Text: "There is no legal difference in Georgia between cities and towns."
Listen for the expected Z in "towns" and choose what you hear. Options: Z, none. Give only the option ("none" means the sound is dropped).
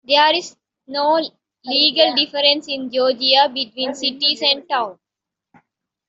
none